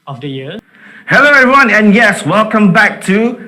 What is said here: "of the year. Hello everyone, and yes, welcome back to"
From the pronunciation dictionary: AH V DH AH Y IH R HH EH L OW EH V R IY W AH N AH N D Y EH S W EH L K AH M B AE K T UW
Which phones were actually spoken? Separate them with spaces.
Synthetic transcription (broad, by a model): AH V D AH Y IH HH EH L OW EH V R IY W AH N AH N Y EH S W EH L K AH M B AE K T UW